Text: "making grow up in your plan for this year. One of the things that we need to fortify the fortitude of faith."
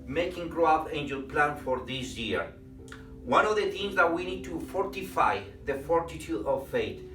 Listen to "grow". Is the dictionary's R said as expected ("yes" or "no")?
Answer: yes